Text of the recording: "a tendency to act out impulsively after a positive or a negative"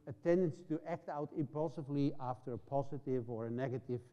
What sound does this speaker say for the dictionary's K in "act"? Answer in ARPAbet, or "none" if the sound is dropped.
K